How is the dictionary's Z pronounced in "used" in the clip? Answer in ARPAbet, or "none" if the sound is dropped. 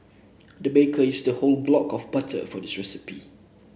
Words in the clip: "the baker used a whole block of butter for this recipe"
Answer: S